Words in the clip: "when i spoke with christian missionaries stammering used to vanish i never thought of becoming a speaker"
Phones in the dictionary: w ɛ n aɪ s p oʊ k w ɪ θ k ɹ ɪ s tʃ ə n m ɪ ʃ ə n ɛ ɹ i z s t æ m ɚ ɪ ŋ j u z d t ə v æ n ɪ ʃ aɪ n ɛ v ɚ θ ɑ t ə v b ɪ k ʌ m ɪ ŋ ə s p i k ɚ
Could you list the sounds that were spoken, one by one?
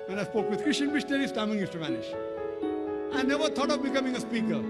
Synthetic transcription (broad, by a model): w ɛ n aɪ s p oʊ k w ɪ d k ɹ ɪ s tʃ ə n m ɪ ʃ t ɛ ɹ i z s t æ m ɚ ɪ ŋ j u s t ə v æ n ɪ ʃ aɪ n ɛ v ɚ t ɑ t ə v b ɪ k ʌ m ɪ ŋ ə s p i k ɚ